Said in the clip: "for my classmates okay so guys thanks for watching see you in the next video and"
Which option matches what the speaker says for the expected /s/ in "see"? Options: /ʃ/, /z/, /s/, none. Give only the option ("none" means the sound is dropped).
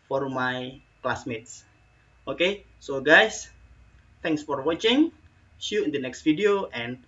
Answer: /ʃ/